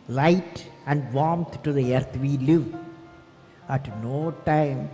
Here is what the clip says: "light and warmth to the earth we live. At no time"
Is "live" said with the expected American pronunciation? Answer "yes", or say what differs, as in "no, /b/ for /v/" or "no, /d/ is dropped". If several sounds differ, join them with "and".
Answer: yes